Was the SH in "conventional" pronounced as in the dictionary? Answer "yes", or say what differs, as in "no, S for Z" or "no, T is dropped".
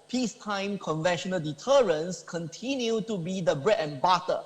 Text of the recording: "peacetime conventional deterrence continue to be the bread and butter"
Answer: yes